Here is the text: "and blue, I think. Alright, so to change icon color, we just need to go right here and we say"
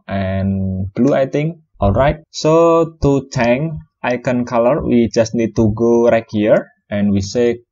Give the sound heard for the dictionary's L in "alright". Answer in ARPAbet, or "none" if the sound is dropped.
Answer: L